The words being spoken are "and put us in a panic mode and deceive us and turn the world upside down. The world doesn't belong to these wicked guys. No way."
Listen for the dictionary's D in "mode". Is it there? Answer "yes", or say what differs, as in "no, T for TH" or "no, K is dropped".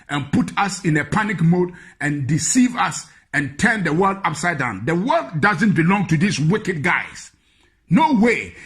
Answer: yes